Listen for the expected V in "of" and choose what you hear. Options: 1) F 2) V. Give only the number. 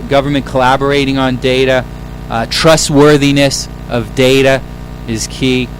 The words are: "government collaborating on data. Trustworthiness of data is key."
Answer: 2